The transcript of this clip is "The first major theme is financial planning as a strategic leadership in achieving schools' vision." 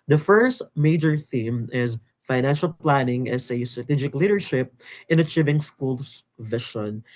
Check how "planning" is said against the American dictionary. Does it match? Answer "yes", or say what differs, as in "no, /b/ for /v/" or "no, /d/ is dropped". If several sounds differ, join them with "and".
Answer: yes